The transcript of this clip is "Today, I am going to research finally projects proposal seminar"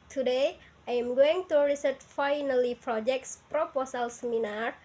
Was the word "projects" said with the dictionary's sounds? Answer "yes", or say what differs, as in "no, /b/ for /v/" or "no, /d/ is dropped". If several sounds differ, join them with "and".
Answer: yes